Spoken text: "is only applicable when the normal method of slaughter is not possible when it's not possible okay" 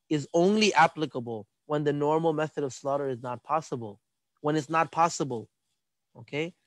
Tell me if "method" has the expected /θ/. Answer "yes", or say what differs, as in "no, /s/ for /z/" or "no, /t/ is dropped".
yes